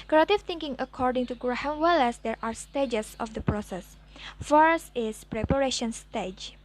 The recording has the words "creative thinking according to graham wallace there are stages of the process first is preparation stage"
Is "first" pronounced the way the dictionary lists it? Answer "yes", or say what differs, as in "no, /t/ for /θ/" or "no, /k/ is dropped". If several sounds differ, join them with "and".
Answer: yes